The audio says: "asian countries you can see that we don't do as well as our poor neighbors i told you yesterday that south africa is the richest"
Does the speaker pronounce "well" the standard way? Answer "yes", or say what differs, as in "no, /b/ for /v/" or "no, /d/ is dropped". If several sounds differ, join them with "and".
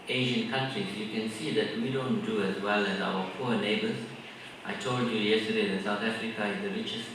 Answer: yes